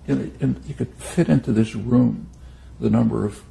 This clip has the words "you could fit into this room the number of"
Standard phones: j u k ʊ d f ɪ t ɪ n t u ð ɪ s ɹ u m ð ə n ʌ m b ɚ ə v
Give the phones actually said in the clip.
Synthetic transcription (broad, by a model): j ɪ k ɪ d f ɪ t ɪ n t u ð ɪ s ɹ u m ð ə n ʌ m b ɚ ə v